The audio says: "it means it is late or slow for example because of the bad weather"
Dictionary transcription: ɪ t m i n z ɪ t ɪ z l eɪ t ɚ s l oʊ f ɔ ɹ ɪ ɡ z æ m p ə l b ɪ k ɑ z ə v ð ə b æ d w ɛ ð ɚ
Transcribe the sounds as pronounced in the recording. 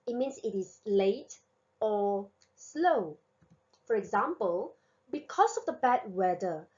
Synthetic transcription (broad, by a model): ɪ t m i n s ɪ t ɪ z l eɪ t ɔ s l oʊ f ɔ ɹ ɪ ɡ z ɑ m p ə l b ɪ k ɑ s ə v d ə b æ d w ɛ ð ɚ